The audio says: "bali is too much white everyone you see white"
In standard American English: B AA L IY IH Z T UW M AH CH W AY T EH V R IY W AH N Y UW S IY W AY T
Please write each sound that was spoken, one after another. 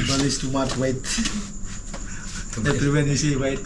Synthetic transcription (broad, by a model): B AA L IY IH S T UW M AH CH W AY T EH R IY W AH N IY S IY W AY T